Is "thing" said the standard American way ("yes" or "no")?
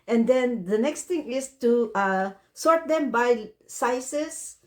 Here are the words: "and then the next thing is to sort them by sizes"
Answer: no